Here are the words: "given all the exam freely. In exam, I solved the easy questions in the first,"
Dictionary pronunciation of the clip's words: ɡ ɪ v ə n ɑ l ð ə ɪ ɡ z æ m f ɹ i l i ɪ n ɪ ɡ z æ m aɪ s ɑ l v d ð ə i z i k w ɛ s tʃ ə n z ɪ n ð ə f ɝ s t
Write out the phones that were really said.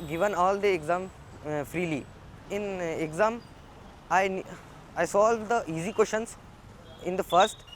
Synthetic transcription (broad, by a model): ɡ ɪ v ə n ɑ l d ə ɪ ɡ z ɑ m f ɹ i l i ɪ n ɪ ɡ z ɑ m aɪ s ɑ l d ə i z i k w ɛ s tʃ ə n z ɪ n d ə f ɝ s t